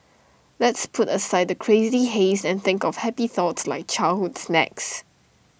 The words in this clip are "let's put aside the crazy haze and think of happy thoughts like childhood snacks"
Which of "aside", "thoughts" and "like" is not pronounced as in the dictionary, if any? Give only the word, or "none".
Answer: none